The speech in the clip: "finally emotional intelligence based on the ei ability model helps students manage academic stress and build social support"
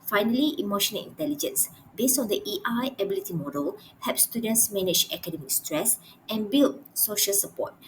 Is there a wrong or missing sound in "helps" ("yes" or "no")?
yes